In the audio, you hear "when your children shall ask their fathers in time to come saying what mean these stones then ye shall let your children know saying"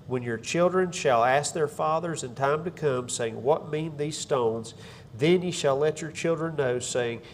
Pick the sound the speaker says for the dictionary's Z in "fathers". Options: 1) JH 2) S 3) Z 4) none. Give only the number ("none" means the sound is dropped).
3